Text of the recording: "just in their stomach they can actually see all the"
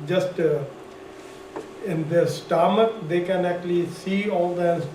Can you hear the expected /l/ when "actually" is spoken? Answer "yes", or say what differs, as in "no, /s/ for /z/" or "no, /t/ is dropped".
yes